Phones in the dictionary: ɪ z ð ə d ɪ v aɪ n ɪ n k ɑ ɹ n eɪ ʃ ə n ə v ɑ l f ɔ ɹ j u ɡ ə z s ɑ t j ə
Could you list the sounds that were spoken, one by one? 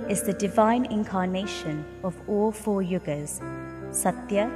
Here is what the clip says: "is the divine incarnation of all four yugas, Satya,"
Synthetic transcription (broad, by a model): ɪ z ð ə d ɪ v aɪ n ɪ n k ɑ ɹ n eɪ ʃ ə n ə v ɑ l f ɔ j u ɡ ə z s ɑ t j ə